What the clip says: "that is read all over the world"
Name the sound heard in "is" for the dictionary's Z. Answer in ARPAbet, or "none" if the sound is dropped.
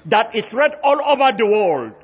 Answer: S